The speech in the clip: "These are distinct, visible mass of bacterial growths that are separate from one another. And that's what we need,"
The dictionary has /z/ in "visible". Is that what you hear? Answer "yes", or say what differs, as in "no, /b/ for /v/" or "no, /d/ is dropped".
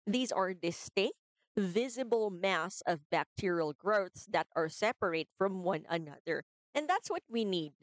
yes